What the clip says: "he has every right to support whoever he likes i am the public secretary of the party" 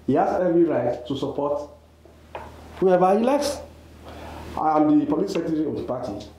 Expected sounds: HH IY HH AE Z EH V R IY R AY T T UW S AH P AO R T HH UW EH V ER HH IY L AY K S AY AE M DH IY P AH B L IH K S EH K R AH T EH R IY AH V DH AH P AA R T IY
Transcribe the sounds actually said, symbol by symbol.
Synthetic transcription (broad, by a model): HH IY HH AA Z EH V R IY R AY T T UW S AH P AO T HH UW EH V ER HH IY L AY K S AY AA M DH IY P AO L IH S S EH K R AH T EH R IY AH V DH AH P AA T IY